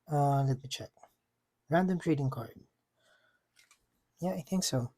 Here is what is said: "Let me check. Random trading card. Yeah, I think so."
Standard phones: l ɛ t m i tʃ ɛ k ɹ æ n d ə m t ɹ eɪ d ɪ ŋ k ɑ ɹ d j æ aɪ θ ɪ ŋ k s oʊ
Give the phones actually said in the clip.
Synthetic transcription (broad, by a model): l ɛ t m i tʃ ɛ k ɹ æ n d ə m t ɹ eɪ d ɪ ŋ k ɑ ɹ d j æ aɪ θ ɪ ŋ k s oʊ